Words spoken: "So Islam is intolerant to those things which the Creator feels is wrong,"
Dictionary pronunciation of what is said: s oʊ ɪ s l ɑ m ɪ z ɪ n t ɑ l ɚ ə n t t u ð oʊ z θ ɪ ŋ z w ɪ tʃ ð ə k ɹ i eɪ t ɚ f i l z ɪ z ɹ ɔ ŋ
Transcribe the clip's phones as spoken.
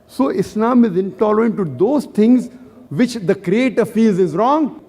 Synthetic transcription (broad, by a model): s oʊ ɪ s l ɑ m ɪ z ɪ n t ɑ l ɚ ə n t t u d oʊ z t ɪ ŋ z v ɪ tʃ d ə k ɹ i eɪ t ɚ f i z ɪ z ɹ ɔ ŋ